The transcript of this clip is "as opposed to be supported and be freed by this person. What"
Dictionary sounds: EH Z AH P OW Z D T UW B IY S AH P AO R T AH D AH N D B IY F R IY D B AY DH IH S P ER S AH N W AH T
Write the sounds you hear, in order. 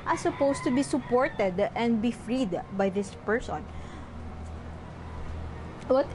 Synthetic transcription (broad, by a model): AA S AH P OW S T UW B IY S AH P AO R T AH D AH N D B IY F R IY D B AY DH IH S P ER S AH N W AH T